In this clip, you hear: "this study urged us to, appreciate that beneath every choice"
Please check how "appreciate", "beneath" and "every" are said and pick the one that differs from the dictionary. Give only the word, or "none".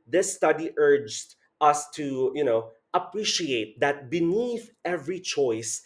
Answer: none